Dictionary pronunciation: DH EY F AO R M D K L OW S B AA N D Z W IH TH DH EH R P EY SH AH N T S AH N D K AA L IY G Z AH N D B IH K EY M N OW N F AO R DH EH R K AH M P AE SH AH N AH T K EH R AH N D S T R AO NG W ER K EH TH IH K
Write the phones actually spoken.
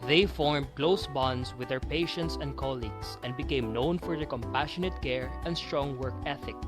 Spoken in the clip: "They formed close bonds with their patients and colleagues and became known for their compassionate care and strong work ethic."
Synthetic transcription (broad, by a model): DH EY F AO R M D K L OW S B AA N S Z W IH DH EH R P EY SH AH N T S AH N D K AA L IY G S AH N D B IH K EY M N OW N F AO R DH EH K AH M P AE SH AH N AH T K EH R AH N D S T R AO NG W ER K EH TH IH K